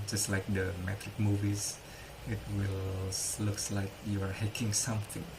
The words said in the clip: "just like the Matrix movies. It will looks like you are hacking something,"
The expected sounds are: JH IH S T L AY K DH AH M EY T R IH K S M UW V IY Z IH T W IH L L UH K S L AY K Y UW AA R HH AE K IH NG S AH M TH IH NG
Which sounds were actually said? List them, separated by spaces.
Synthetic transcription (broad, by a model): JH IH S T L AY K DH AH M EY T R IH K M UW V IY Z IH T W IH L L UH K S L AY K Y UW AA R HH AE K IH NG S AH M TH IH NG